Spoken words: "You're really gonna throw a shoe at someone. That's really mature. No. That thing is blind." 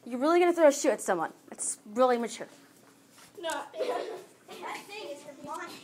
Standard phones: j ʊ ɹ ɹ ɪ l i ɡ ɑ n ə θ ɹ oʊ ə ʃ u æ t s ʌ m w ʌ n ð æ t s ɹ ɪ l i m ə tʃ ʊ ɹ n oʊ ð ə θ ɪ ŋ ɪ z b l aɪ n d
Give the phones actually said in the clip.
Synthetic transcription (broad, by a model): j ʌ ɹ ɹ ɪ l i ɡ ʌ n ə θ ɹ oʊ ə ʃ u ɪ t s ʌ m w ʌ n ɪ t s ɹ ɪ l i m ə tʃ ʊ ɹ n oʊ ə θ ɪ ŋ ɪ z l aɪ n